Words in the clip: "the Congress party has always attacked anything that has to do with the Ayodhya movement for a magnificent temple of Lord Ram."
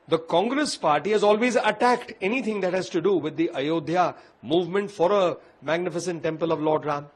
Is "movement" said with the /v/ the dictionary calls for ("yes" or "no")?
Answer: yes